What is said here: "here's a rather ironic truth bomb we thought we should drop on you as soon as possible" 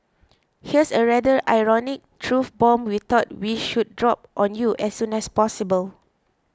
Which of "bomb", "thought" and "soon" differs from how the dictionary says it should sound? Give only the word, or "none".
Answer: thought